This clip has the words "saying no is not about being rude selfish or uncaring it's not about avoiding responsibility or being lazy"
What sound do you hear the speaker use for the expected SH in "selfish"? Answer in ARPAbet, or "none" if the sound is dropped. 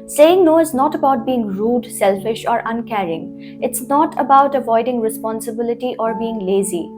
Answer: SH